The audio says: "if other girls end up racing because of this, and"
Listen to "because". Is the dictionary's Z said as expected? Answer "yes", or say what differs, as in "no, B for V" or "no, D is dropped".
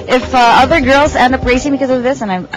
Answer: yes